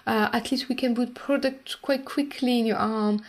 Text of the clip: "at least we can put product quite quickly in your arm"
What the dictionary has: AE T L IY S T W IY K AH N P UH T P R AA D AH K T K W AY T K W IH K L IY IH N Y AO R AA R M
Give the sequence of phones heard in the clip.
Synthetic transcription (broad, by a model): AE T L IY S T W IY K AH N B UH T P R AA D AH K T K W AY T K W IH K L IY IH N Y AO R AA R M